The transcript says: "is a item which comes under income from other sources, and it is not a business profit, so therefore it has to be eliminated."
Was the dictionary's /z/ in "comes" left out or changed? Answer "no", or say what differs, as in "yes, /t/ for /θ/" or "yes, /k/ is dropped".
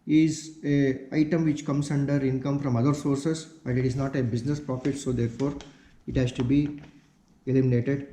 yes, /s/ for /z/